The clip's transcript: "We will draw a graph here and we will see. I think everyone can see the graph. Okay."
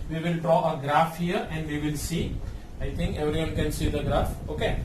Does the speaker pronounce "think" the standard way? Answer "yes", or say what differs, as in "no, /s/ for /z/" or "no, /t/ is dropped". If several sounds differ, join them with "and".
no, /t/ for /θ/